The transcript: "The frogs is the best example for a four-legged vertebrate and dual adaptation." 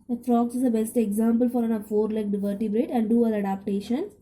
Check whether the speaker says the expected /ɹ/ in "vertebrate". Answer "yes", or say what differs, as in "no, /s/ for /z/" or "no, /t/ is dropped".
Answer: yes